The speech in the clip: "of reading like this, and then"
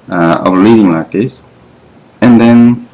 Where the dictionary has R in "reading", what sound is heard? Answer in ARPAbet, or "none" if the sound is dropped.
L